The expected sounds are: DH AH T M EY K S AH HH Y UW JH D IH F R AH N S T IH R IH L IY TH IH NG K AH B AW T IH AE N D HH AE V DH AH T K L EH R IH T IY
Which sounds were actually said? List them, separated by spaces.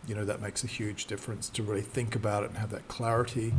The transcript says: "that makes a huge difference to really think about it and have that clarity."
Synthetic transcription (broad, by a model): DH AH T M EY K S AH HH Y UW JH D IH F R AH N S T IH R IH L IY TH IH NG K AH B AW T IH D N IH V DH AH T K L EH R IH T IY